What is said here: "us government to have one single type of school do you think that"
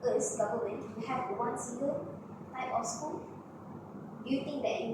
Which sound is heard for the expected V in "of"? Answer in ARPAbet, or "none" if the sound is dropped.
F